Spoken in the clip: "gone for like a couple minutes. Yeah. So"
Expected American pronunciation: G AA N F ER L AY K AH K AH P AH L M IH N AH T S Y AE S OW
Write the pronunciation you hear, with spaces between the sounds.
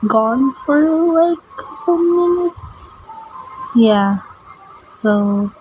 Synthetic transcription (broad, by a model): G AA N F ER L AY AH K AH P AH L M IH N AH T S Y AE S OW